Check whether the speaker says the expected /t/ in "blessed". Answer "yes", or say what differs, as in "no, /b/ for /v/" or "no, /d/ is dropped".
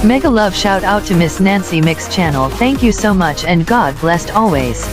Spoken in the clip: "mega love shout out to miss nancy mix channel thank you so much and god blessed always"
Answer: yes